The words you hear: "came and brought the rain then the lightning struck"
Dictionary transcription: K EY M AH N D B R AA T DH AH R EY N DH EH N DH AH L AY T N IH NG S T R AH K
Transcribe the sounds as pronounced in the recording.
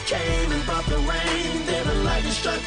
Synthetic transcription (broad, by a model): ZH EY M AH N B AA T DH AH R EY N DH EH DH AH L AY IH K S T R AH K